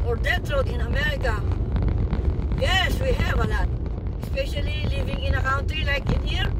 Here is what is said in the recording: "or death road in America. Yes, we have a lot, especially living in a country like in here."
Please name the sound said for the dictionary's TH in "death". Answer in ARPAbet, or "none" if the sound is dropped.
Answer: T